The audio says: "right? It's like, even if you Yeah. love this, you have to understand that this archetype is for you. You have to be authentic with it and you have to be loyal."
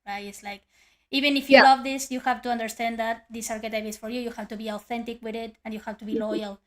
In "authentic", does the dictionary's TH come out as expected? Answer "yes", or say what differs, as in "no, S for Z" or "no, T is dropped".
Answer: yes